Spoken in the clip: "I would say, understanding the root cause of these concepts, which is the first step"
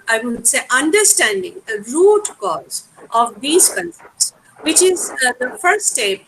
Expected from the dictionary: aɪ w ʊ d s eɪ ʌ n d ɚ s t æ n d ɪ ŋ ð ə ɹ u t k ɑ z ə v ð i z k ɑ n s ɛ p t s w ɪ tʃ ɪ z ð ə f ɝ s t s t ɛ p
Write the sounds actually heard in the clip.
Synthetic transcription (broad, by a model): aɪ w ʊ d s eɪ ʌ n d ɚ s t æ n d ɪ ŋ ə ɹ u t k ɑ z ə v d i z k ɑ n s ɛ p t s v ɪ tʃ ɪ z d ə f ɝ t s t ɛ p